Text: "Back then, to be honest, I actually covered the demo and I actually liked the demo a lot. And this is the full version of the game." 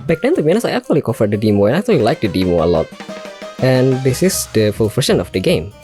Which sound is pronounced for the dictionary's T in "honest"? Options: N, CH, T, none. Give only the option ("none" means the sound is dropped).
none